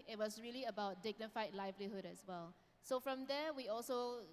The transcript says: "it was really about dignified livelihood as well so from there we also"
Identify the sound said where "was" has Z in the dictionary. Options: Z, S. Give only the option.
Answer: S